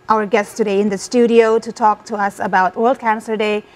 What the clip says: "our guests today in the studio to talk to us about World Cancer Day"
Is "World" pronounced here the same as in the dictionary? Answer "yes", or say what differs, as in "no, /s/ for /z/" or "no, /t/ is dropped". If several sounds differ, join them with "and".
yes